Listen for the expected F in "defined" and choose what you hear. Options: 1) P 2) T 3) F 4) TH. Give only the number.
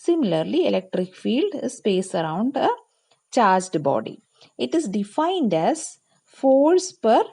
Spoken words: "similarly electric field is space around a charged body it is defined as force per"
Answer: 3